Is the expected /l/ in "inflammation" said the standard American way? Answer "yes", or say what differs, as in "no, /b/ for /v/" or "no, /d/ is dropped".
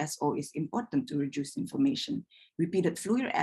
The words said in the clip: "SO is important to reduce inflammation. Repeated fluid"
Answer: no, /l/ is dropped